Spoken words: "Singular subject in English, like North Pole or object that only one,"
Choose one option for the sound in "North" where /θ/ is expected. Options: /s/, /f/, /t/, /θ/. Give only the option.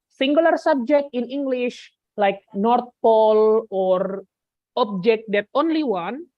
/t/